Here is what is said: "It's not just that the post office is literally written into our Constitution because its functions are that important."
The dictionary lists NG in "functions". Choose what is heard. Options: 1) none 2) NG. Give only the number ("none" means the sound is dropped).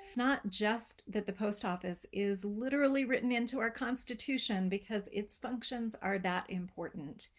2